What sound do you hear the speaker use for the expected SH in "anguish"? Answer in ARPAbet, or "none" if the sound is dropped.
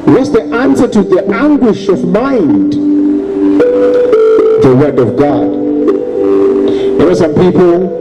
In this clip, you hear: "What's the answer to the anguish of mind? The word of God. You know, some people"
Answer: SH